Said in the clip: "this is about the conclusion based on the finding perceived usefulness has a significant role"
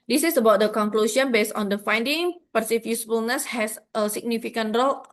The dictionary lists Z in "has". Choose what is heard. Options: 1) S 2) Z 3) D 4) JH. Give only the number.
1